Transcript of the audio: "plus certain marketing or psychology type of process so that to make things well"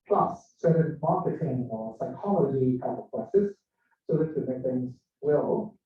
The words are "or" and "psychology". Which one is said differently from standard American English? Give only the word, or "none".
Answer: or